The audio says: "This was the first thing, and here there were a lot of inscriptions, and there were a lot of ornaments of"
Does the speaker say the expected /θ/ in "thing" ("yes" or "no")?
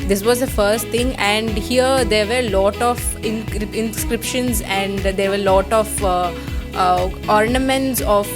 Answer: no